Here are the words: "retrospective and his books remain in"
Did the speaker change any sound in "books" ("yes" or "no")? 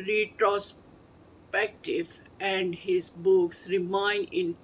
no